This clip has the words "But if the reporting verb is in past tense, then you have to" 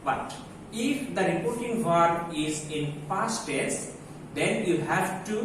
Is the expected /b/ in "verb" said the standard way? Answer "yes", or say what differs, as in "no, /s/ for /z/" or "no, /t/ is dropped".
no, /b/ is dropped